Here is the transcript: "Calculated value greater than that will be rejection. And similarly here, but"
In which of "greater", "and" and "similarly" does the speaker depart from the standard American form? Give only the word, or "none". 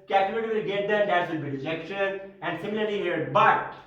greater